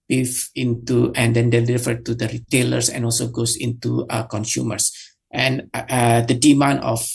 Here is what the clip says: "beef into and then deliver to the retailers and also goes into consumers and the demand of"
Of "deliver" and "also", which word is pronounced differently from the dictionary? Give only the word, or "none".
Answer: deliver